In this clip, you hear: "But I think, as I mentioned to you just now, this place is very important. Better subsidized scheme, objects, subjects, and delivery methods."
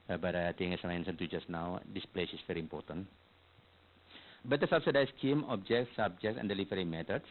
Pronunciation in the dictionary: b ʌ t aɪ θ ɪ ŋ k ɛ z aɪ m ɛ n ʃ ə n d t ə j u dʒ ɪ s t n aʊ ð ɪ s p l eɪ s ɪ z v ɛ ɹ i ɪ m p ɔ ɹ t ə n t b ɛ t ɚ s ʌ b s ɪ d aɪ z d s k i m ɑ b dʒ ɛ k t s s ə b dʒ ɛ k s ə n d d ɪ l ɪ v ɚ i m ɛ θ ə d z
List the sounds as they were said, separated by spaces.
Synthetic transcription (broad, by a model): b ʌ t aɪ t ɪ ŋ ɛ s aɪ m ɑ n s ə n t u dʒ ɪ s n aʊ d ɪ s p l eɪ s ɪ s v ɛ ɹ i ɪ m p ɔ ɹ t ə n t b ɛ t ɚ s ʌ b s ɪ d aɪ s k i m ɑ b dʒ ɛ k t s s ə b dʒ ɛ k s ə n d d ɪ l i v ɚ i m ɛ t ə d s